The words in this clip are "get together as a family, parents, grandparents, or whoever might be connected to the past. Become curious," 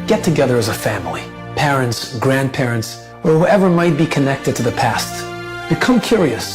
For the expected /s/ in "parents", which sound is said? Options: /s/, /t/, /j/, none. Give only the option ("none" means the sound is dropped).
/s/